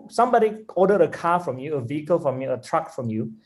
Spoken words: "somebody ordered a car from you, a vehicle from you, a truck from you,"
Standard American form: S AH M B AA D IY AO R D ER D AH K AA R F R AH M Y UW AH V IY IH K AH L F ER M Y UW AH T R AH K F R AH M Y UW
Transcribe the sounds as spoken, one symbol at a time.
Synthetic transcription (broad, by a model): S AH M B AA D IY AO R D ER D AH K AA F R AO M Y UW AH V IY IH K AH L F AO M Y UW AH T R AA K F R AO M Y UW